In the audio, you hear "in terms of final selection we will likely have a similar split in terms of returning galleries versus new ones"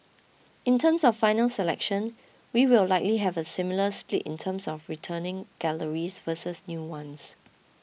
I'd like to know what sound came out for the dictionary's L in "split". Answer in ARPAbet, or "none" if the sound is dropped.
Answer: L